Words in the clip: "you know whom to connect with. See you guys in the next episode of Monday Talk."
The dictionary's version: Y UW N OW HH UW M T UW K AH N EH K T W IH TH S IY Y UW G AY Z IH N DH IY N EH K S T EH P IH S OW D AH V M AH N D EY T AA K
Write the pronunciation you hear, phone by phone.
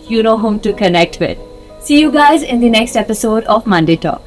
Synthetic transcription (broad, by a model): Y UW N OW HH UW M T UW K AH N EH K T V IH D S IY Y UW G AY Z IH N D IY N EH K S T EH P IH S OW D AH V M AH N D EY T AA K